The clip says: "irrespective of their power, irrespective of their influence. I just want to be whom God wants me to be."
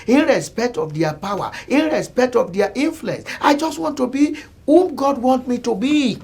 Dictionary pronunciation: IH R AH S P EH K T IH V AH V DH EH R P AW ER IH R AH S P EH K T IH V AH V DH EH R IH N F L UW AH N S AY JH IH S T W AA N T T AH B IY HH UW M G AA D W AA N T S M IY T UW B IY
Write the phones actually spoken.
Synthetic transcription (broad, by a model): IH R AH S P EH K T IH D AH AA P AW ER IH R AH S P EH K T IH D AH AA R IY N F L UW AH N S AY JH IH S T W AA N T T AH B IY HH UW M G AA D W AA N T M IY T UW B IY